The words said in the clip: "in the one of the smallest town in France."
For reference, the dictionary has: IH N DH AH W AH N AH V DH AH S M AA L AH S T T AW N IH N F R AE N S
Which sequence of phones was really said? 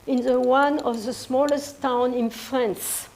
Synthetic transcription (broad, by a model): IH N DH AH W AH N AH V DH AH S M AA L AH S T T AW N IH N F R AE N S